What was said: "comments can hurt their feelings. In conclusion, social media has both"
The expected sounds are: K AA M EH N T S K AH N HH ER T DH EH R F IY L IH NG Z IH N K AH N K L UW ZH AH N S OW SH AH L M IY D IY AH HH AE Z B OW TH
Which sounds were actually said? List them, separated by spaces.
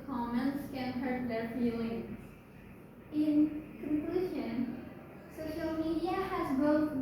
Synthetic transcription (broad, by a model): K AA M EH N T S K AH N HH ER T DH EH R F IY L IH NG Z IH N K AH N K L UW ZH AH N S OW SH AH L M IY D IY AH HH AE Z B OW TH